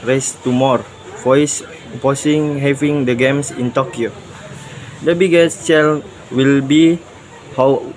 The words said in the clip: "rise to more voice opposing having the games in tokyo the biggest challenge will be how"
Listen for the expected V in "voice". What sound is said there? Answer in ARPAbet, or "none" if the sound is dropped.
F